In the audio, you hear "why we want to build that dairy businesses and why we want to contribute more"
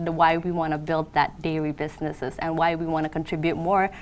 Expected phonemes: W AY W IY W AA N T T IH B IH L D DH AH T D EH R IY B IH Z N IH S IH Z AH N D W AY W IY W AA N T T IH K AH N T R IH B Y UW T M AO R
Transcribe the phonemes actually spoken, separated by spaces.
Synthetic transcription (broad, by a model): W AY W IY W AA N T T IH B IH L D DH AH T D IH L IY B IH Z N IH S IH Z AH N W AY W IY W AA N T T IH K AH N T R IH B Y UW T M AO R